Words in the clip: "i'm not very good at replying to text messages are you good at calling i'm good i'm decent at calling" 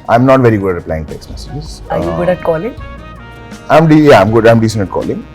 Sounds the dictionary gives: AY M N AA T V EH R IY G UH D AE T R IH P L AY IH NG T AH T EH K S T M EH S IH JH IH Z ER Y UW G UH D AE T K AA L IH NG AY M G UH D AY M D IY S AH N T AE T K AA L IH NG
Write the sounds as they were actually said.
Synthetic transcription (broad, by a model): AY M N AA T V EH R IY G UH D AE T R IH P L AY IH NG T AH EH K S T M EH S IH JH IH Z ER Y UW G UH D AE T K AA L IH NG AY M G UH D AY M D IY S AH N AH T K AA L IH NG